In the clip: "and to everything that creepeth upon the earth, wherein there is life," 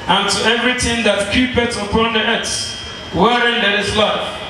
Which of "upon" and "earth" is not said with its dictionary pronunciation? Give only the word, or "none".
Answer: earth